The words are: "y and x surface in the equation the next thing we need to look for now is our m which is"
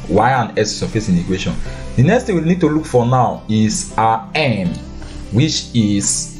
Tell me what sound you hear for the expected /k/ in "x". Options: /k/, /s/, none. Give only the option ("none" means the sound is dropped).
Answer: none